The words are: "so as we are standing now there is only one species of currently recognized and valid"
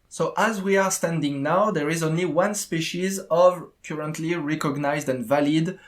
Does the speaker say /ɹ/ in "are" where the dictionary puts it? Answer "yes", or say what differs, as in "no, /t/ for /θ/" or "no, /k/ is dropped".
yes